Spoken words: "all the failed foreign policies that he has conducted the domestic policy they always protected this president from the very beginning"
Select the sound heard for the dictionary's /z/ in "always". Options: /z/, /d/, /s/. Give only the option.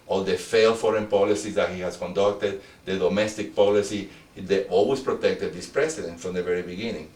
/s/